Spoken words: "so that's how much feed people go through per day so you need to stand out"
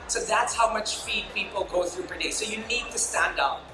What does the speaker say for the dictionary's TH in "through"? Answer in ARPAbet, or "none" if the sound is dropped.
TH